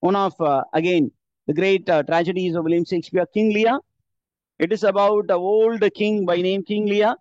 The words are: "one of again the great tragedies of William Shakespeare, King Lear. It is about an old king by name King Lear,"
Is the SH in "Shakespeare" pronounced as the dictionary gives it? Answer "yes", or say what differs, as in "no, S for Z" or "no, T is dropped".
no, S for SH